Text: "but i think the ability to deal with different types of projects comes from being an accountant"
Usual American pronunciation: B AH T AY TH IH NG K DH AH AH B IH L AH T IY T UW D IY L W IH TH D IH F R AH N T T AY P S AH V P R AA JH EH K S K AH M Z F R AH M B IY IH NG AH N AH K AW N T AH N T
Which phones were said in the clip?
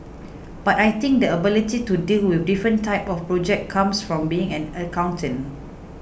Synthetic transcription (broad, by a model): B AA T AY T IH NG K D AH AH B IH L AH T IY T UW D IY L W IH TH D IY F R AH N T T AY P AH F P R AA JH EH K K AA M S F R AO M B IY IH NG AH N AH K AW N T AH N